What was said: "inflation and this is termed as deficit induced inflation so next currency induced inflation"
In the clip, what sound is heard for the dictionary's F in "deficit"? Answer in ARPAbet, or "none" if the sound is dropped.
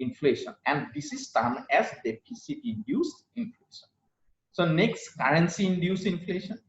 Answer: P